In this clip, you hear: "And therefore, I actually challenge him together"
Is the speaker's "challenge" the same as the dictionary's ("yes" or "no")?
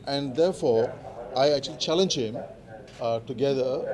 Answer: yes